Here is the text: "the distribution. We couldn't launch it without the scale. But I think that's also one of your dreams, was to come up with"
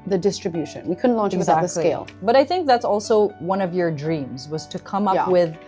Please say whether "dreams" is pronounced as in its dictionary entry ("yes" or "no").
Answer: yes